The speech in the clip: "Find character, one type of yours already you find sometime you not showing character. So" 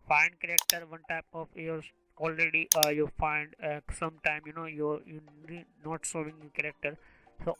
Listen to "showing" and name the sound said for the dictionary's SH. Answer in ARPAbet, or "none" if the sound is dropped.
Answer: S